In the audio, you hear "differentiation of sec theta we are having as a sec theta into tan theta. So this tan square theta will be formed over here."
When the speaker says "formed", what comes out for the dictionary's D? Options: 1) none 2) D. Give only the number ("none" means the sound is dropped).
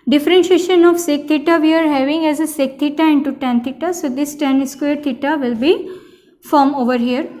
1